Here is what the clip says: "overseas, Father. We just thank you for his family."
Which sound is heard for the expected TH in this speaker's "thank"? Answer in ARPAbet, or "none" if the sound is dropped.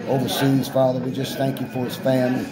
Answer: TH